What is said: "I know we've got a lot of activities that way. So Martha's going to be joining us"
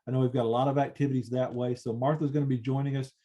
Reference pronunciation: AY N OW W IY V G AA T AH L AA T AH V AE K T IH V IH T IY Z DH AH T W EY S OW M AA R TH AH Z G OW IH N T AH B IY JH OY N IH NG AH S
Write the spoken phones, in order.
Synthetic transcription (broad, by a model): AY N OW W IY V G AA T AH L AA T AH V AE K T IH V IH T IY Z DH AH T W EY S OW M AA R TH AH Z G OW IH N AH B IY JH OY N IH NG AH S